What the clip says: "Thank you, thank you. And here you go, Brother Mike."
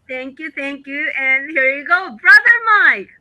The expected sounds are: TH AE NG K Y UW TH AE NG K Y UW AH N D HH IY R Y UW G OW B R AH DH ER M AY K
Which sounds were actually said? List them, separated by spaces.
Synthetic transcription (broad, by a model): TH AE NG K Y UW TH AE NG K Y UW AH N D HH IY R Y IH G OW B R AH DH ER M AY K